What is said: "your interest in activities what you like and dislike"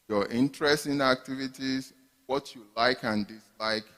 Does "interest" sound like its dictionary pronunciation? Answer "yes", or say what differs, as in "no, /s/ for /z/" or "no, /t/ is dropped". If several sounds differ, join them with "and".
yes